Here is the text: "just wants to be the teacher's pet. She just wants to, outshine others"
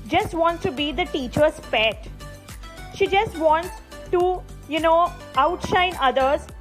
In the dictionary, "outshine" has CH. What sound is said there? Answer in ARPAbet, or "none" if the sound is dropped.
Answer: CH